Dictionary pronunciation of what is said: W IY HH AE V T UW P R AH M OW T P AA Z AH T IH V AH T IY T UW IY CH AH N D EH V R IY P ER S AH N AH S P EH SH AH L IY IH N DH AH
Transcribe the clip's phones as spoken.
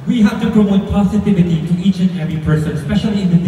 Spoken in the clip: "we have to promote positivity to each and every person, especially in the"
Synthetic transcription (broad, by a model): W IY HH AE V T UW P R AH OW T P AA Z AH T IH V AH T IY T UW IY CH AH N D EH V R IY P ER S AH N S P EH SH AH L IY IH N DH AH